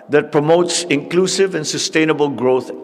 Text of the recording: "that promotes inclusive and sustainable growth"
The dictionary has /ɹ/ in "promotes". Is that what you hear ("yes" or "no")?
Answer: yes